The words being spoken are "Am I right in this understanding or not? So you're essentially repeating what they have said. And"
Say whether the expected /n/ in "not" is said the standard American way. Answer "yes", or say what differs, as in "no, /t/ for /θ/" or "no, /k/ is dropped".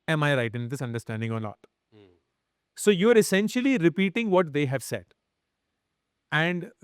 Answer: no, /l/ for /n/